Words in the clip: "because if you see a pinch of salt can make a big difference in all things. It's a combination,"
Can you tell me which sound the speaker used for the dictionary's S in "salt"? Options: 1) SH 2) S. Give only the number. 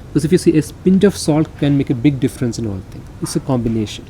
2